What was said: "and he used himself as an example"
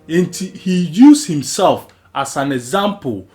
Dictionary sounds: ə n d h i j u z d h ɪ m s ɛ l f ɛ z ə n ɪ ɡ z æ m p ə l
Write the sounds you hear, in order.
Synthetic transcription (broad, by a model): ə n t h i j u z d h ɪ m s ɛ l f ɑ s ə n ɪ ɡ z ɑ m p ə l